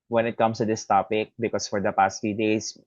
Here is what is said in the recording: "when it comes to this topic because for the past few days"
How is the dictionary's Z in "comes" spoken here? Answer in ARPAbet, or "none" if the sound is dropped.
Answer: S